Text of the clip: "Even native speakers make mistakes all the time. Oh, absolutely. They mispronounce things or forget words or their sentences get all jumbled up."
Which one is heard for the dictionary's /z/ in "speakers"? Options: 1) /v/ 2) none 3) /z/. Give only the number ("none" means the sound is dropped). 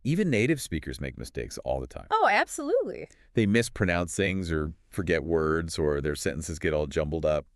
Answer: 3